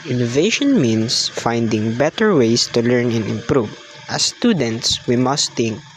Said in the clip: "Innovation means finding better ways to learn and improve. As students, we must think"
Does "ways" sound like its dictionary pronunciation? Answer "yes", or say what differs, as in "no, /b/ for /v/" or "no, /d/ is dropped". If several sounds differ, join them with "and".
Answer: no, /s/ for /z/